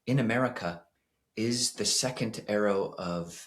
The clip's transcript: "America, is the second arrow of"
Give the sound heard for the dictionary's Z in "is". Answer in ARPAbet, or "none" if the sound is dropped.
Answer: Z